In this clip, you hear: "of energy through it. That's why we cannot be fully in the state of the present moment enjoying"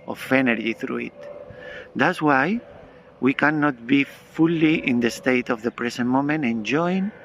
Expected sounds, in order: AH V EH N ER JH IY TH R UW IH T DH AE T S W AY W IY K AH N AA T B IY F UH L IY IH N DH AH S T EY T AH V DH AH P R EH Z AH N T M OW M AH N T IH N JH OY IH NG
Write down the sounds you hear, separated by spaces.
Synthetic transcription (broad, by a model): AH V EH N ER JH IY TH R UW IH T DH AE T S W AY W IY K AH N AA T B IY F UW L IY IH N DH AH S T EY T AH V DH AH P R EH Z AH N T M OW M AH N T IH N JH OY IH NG